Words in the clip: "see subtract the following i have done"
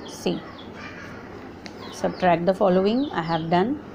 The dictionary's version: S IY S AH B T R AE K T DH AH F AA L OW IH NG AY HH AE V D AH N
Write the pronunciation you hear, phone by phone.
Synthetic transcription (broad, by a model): S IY S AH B T R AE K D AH F AA L OW IH NG AY HH AE V D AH N